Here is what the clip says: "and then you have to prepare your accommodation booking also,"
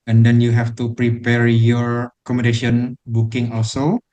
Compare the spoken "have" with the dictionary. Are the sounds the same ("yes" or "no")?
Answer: no